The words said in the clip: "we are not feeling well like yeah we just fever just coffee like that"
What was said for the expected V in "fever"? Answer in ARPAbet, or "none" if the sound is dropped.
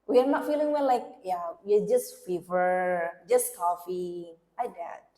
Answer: V